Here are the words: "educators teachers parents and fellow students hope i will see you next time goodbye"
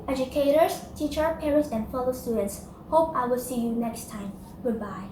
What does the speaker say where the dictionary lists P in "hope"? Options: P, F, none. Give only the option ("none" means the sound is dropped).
P